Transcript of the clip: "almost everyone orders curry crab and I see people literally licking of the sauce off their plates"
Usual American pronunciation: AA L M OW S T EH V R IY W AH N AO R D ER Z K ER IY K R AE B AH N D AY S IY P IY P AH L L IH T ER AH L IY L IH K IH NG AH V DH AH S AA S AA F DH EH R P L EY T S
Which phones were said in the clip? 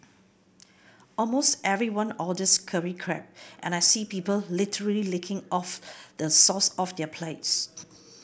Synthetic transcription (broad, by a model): AA L M OW S T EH V R IY W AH N AO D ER S K ER IY K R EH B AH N AY S IY P IY P AH L L IH T ER AH L IY L IH K IH NG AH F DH AH S AA S AA F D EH P L EY T S